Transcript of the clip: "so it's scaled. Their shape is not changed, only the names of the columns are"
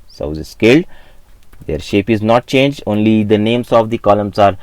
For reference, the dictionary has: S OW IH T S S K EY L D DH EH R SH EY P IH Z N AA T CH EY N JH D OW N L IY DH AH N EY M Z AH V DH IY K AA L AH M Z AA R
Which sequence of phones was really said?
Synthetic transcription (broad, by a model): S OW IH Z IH S K EY L D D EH R SH EY P IH Z N AA T CH EY N JH D OW N L IY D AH N EY M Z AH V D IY K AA L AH M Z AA R